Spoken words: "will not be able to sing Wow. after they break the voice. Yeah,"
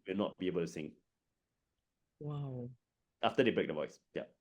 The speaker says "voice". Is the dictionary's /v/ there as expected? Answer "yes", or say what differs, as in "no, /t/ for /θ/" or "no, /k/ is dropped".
yes